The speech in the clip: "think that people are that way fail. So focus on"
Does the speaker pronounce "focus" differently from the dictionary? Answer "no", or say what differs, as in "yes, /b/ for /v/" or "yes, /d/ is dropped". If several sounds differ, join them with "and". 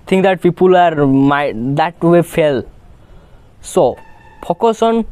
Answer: yes, /p/ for /f/